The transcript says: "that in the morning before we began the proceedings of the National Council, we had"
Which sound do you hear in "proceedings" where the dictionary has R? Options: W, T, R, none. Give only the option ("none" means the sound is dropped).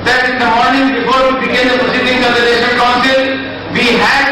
none